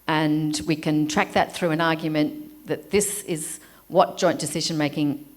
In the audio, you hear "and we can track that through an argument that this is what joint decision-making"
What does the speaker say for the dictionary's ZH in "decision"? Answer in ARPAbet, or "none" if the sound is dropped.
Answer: ZH